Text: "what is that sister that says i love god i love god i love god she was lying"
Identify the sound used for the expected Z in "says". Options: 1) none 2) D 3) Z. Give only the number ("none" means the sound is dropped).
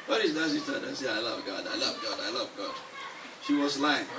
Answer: 1